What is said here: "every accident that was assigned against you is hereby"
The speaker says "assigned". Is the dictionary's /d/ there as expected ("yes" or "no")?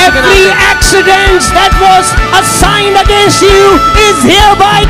yes